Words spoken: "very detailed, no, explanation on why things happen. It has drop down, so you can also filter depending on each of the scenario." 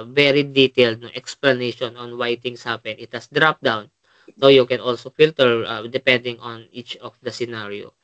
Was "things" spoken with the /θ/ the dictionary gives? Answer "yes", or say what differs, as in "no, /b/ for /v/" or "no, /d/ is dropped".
no, /t/ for /θ/